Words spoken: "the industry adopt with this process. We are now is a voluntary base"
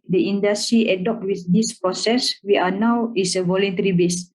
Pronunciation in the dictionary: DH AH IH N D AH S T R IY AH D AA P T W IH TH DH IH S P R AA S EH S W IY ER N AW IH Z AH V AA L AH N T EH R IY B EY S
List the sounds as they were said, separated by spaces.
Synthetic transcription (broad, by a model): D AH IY N D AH S T R IY AH D AA P T W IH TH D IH S P R AA S EH S W IY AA N AW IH S AH V AA L AH N T EH R IY B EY S